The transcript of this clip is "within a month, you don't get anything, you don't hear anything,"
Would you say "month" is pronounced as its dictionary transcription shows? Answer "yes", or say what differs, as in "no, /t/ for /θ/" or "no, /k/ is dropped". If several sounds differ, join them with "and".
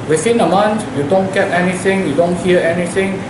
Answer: no, /t/ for /θ/